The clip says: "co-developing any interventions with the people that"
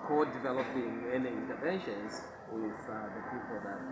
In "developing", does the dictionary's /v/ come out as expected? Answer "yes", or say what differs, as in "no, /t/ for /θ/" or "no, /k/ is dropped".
yes